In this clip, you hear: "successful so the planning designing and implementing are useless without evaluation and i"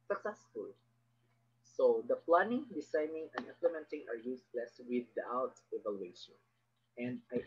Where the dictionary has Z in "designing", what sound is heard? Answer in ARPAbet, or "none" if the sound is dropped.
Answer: S